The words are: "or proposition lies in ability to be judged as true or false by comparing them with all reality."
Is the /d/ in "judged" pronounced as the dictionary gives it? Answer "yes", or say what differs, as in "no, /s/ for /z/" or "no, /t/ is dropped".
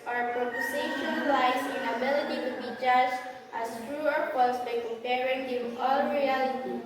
no, /d/ is dropped